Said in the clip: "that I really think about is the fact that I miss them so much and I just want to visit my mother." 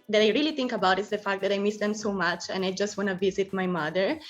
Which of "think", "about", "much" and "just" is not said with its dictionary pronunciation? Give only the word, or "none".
think